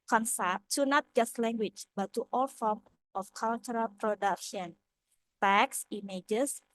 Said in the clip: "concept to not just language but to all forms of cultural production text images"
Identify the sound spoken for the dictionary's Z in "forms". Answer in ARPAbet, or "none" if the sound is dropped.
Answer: none